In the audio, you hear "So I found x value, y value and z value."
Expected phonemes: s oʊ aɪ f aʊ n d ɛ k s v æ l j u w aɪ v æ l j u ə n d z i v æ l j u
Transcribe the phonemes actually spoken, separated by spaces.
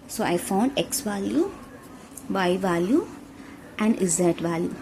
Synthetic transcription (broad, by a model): s oʊ aɪ f aʊ n d ɛ k s v æ l j u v aɪ v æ l j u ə n d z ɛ v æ l j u